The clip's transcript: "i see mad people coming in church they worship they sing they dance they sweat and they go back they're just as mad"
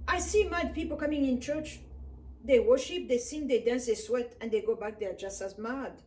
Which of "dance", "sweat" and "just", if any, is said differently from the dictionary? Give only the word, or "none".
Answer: none